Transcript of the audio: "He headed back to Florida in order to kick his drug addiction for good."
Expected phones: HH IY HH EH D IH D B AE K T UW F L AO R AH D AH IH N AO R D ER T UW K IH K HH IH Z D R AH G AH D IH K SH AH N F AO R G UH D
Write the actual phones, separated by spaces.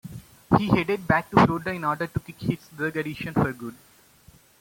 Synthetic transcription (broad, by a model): HH IY HH EH D IH D B AE K T UW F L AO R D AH IH N AO R D ER T UW K IH K HH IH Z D AH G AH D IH SH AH N F AO R G UH D